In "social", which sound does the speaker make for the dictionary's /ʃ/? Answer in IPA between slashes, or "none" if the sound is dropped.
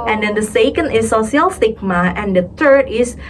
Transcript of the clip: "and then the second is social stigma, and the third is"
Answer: /s/